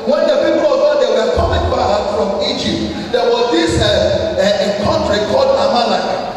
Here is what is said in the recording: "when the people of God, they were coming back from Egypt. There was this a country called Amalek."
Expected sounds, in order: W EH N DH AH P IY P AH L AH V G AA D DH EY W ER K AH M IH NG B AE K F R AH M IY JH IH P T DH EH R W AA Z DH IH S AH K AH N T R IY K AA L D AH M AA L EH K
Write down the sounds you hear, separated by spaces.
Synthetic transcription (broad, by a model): W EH N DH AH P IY P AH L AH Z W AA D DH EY W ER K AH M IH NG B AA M F R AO M IY JH IH P T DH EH W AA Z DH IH S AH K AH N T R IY K AA L D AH M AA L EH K